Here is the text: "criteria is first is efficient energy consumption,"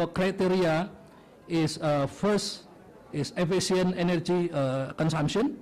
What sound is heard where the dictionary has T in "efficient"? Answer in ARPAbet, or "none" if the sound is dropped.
none